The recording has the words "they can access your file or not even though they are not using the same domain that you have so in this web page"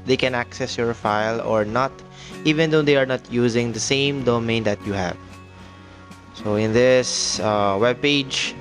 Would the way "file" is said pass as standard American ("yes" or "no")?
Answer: yes